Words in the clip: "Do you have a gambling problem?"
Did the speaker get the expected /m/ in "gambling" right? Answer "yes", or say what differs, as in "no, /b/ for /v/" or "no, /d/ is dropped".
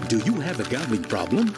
no, /m/ is dropped